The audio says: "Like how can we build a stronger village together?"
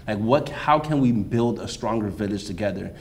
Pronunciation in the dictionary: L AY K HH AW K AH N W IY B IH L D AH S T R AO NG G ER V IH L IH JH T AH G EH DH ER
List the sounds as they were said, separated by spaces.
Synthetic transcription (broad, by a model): L AY K HH AW K AH N W IY B IH L D AH S T R AO NG G ER V IH L IH JH T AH G EH DH ER